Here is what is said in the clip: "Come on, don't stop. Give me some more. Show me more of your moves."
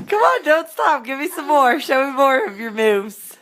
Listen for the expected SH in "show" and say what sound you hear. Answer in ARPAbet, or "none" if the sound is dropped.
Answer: SH